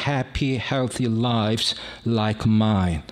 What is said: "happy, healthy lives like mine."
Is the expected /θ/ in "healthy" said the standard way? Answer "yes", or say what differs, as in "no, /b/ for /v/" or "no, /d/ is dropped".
yes